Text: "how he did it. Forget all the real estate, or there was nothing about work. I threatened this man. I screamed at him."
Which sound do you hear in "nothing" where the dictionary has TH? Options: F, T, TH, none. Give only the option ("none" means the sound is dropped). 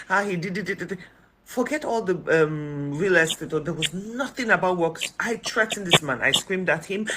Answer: TH